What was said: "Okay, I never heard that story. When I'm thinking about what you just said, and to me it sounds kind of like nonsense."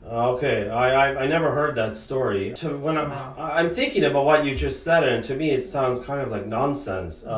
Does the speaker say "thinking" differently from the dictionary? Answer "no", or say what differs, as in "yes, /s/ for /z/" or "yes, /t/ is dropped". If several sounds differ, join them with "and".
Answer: no